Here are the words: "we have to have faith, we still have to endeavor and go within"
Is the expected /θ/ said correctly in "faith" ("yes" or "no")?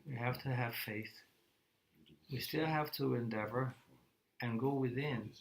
yes